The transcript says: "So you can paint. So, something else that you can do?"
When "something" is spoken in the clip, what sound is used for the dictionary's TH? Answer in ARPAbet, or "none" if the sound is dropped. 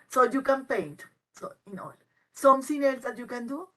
S